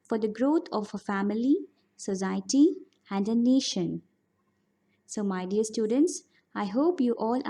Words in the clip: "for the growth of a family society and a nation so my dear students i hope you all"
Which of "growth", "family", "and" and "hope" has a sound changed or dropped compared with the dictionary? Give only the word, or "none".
growth